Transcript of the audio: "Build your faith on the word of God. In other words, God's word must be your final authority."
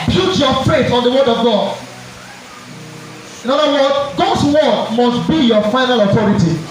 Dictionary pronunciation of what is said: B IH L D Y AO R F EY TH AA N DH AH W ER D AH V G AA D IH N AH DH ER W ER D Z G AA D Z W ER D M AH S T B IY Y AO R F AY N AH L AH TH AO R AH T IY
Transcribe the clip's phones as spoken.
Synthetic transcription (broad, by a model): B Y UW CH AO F EY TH AA N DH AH W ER D AH V G AA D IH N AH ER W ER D G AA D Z W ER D M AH S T B IY Y AO F AY N AH L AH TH AO R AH T IY